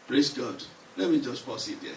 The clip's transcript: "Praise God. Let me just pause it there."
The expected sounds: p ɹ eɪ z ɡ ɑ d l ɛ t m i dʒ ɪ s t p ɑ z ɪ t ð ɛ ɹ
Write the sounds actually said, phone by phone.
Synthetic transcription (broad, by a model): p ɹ eɪ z ɡ ɑ d l ɛ t m i dʒ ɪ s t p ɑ s ɪ t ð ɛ